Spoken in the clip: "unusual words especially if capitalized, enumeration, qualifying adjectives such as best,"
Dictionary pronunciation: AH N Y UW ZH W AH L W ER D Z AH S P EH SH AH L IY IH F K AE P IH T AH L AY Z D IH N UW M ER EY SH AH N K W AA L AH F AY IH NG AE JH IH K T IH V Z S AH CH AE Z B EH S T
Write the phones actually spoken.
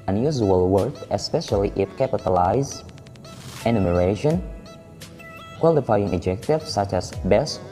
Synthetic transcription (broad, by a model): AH N Y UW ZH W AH L W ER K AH S P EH SH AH L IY IH F K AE P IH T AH L AY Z IH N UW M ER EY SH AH N K W AA L AH F AY IH NG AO JH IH K T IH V S AH CH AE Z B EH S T